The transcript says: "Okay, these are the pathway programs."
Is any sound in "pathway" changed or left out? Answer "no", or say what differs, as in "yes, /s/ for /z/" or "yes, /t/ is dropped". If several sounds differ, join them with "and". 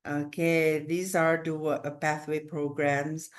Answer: no